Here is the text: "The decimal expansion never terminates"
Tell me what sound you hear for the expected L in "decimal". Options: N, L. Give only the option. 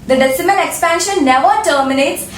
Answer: N